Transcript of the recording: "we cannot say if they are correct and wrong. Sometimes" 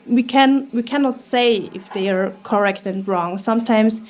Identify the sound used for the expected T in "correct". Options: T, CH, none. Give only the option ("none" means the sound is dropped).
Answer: T